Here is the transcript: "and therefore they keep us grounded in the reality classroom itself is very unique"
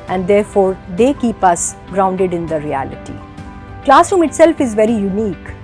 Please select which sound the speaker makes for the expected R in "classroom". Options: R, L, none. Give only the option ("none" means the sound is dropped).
none